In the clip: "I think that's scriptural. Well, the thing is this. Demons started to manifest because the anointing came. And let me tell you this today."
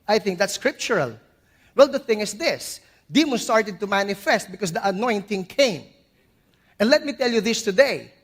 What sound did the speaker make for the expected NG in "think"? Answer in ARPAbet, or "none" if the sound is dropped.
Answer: NG